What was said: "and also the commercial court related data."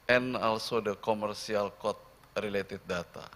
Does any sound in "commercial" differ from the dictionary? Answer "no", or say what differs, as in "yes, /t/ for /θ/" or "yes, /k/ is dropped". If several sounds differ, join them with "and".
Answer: yes, /s/ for /ʃ/